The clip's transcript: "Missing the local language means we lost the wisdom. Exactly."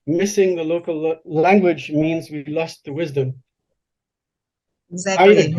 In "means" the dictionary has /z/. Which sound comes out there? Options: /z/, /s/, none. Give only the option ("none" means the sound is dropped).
/z/